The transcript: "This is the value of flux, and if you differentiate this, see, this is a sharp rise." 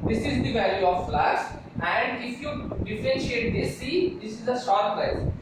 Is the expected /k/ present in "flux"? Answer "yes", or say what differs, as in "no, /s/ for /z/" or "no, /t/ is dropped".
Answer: no, /k/ is dropped